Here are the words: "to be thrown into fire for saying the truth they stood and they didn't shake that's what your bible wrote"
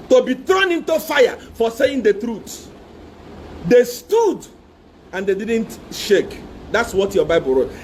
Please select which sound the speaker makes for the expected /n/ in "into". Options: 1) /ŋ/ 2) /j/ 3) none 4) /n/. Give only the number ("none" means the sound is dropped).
4